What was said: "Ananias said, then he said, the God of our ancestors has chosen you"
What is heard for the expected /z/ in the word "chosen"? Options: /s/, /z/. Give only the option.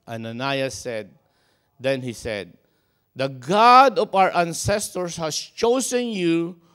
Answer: /s/